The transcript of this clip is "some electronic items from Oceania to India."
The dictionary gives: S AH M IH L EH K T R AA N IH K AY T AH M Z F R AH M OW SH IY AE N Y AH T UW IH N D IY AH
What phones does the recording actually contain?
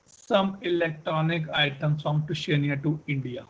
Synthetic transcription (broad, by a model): S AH M IH L EH K T R AA N IH K AY T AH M S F R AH M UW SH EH N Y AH T UW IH N D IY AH